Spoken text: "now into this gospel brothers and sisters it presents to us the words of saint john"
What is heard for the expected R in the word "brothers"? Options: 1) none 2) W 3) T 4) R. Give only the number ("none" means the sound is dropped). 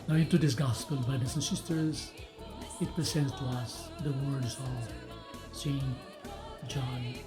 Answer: 1